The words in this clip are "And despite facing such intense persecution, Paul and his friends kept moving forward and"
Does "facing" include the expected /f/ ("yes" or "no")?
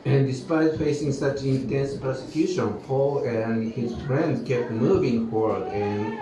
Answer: yes